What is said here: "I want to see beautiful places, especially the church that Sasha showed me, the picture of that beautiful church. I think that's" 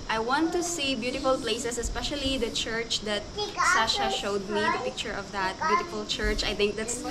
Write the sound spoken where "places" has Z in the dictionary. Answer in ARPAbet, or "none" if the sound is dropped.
S